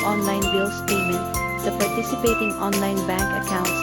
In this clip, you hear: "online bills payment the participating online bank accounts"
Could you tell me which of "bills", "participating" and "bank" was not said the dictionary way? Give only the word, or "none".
bills